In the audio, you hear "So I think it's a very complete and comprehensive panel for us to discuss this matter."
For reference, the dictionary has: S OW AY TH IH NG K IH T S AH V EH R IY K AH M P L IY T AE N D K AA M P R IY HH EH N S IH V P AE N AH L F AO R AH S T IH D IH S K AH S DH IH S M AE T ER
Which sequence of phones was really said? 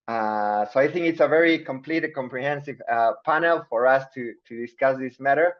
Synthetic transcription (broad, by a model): S OW AY TH IH NG K IH T S AH V EH R IY K AH M P L IY T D K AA M P R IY HH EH N S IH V P AE N AH L F AO R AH S T IH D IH S K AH S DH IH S M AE T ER